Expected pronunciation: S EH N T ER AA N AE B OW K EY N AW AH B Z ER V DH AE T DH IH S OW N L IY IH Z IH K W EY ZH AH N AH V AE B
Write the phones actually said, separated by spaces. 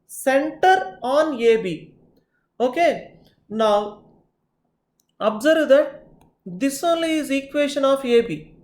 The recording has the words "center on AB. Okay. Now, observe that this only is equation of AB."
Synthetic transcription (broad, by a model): S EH N T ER AA N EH B OW K EY N AW AH B Z ER V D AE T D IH S OW N L IY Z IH K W EY SH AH N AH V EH B